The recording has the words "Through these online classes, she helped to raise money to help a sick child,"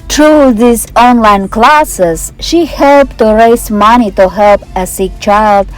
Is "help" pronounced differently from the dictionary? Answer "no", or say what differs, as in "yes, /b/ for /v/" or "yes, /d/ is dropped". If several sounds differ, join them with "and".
no